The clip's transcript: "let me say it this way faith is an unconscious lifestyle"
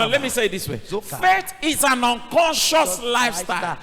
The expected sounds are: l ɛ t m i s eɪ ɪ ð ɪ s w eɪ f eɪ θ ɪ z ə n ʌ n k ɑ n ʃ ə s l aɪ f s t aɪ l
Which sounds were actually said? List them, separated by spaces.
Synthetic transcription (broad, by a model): l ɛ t m i s eɪ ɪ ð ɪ s w eɪ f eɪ t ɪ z ə n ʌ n k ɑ n ʃ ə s l aɪ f s t aɪ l